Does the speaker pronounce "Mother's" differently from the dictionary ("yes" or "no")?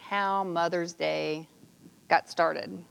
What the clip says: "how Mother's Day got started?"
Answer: no